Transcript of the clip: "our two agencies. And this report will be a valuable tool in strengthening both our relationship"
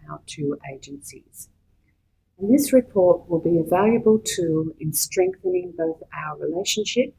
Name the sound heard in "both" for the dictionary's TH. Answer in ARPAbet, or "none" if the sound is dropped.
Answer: TH